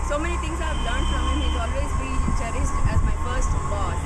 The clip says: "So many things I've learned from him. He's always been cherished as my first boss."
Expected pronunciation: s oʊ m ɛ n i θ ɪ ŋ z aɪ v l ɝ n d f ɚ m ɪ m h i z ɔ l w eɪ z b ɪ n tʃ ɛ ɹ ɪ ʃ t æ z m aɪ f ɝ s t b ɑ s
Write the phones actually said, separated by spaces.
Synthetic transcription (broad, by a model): s oʊ m ɛ n i t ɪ ŋ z aɪ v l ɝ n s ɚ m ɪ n h i z ɔ l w eɪ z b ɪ l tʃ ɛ ɹ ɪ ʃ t æ z m aɪ f ɝ s t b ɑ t